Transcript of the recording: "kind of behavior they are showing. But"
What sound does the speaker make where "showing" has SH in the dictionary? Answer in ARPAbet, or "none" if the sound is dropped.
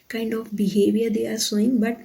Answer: S